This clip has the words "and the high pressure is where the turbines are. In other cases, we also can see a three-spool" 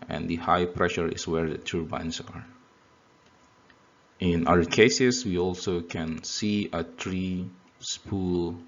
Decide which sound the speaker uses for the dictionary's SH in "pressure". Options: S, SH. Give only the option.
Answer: SH